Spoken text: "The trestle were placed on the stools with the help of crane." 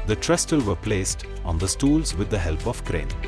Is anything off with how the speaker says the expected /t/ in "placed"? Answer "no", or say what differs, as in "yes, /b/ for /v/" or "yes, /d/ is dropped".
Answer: no